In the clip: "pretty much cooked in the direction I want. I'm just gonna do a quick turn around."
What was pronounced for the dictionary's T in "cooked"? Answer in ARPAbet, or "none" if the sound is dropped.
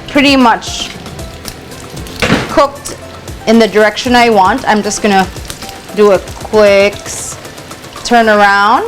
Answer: T